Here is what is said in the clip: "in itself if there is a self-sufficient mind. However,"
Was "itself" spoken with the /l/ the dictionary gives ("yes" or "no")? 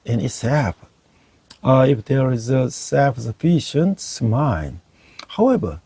no